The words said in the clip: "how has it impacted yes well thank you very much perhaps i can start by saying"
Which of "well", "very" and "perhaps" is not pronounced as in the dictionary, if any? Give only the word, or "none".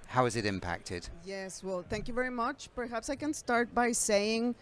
none